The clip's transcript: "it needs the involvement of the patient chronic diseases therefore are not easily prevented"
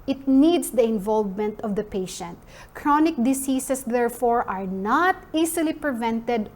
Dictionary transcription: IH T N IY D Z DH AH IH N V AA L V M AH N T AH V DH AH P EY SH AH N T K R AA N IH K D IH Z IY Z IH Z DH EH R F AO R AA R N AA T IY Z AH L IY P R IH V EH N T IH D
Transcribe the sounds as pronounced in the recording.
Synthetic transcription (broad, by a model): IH T N IY D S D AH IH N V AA L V M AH N T AH V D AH P EY SH AH N T K R AA N IH K D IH S IY S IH S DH EH R F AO R AA R N AA T IY S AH L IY P R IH V EH N T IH D